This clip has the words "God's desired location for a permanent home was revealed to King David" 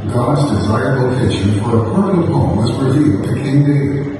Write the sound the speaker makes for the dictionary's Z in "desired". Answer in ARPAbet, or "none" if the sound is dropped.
Z